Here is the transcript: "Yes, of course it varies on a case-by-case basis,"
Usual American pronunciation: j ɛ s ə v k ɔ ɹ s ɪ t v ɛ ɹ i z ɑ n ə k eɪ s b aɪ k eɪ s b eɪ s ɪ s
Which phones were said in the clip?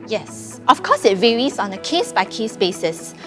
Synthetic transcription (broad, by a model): j ɛ s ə f k ɔ s ɪ t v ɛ ɹ i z ɑ n ə k eɪ s b aɪ k eɪ s b eɪ s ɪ s